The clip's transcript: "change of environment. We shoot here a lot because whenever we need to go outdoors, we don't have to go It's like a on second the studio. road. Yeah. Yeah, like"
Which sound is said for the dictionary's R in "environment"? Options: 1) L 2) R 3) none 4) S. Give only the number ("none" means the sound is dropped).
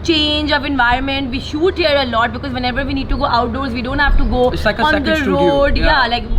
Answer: 2